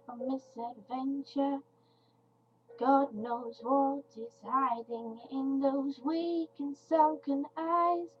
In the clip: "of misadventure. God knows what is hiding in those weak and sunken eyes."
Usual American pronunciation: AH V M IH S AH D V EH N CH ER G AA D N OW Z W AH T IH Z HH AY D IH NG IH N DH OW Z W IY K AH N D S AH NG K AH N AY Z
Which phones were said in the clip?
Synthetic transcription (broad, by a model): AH M IH S AH D V EH N CH ER G AA D N OW Z W AH T IH Z HH AY D IH NG IH N DH OW Z W IY K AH N S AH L K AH N AY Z